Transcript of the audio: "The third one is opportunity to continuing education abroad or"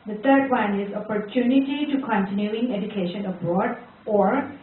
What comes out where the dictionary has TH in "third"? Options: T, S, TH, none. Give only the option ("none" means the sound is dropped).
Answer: T